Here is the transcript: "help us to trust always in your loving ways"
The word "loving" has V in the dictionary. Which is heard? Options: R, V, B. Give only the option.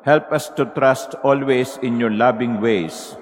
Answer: B